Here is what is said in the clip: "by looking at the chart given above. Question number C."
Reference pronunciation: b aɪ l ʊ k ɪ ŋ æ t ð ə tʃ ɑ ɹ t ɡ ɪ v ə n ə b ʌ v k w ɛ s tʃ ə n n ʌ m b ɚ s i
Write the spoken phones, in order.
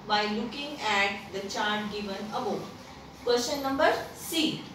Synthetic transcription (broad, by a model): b aɪ l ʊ k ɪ ŋ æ t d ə tʃ ɑ ɹ t ɡ ɪ v ə n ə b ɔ k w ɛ ʃ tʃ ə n n ʌ m b ɚ s i